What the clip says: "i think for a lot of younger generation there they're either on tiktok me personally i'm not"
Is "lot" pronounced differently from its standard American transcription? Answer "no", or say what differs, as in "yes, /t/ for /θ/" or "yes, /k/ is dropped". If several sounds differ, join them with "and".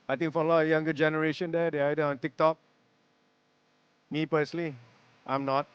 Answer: yes, /t/ is dropped